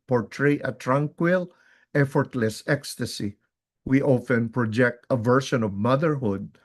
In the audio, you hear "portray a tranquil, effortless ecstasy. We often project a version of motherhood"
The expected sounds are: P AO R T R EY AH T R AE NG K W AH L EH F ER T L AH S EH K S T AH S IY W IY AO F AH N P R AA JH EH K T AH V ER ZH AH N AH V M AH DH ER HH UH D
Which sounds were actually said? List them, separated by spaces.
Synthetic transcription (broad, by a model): P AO R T R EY AH T R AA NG K W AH L EH F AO T L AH S EH K S T AH S IY W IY AO F AH N P R AA JH EH K T AH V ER SH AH N AH V M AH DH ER HH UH D